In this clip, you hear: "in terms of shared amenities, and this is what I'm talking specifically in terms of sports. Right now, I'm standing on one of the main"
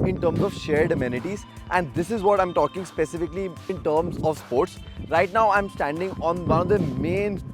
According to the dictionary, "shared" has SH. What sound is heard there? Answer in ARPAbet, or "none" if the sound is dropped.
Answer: SH